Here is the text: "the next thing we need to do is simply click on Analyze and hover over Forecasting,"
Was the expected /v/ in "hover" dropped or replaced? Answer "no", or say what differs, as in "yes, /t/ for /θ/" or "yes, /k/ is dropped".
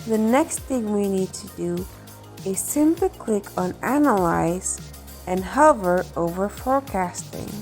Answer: no